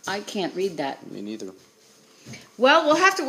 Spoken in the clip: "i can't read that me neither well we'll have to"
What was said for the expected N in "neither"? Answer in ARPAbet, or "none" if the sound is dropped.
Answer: N